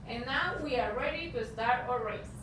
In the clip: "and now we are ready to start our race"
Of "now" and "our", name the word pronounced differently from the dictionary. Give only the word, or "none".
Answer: none